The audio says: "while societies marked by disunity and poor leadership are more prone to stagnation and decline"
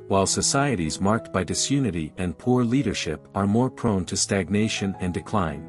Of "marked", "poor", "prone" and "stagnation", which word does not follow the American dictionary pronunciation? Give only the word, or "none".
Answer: none